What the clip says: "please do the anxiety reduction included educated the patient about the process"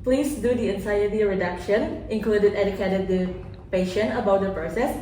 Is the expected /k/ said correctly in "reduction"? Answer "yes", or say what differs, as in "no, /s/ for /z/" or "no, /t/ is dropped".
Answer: yes